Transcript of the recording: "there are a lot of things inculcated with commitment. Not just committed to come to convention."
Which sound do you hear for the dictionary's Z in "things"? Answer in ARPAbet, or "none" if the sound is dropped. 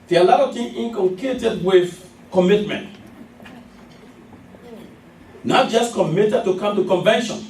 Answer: none